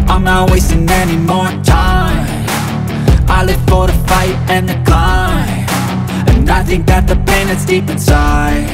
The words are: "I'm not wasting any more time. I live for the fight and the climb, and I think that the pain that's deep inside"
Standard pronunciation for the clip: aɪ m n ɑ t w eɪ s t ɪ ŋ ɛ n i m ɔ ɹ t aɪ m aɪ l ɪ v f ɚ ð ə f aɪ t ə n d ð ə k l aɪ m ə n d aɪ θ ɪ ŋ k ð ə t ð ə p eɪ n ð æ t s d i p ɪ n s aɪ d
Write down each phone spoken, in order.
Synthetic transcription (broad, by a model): aɪ m n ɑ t w eɪ s t ɪ ŋ ɛ n i m ɔ ɹ t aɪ aɪ l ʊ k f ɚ ð ə f aɪ t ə n ð ə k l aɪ ə n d aɪ θ ɪ ŋ k ð ə t ð ə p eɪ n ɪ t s d i p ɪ n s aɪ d